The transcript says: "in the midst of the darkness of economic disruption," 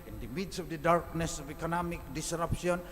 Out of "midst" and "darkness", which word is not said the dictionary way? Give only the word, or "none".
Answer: midst